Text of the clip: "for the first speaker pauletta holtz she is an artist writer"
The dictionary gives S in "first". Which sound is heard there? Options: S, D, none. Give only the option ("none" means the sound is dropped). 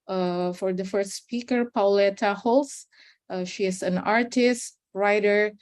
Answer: S